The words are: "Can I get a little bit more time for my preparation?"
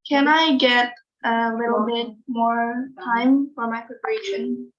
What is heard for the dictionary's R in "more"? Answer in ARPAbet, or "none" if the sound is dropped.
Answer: R